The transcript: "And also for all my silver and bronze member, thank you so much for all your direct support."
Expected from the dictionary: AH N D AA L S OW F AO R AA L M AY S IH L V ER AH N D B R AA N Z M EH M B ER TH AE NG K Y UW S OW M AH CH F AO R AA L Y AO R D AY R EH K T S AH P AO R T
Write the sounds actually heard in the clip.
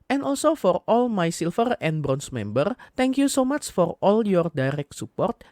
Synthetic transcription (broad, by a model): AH N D AA L S OW F AO R AA L M AY S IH L F ER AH N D B R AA N S M EH M B ER T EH NG K Y UW S OW M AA CH F AO R AA L Y AO R D AY R EH K T S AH P AO R T